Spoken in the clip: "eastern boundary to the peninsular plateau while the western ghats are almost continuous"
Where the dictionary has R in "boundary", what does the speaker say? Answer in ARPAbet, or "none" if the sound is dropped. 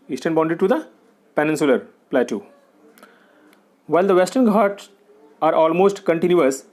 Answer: none